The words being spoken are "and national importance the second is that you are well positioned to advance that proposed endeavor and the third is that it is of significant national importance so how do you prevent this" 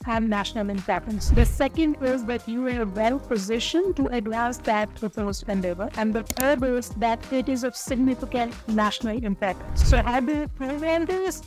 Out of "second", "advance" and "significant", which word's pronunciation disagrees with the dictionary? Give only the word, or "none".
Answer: advance